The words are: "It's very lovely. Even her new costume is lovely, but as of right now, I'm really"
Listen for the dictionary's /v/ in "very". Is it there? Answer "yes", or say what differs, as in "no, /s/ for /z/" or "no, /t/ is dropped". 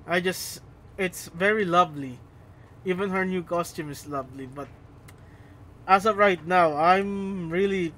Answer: yes